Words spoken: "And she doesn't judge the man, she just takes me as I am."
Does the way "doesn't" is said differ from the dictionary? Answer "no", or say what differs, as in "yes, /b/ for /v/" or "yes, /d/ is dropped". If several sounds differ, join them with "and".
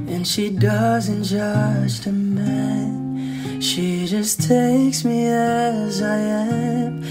no